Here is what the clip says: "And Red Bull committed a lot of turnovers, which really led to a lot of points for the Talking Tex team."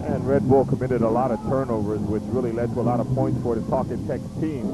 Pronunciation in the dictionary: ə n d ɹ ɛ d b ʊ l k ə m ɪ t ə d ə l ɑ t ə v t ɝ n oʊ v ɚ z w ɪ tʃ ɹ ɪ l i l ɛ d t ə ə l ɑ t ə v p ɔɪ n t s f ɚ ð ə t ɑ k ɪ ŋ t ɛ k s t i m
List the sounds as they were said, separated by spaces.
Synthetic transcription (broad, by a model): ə n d ɹ ɛ d b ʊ l k ə m ɪ t ə d ə l ɑ t ə v t ɝ n oʊ v ɚ z w ɪ tʃ ɹ ɪ l i l ɛ d t ə ə l ɑ t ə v p ɔɪ n t s f ɚ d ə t ɑ k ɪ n t ɛ k s t i m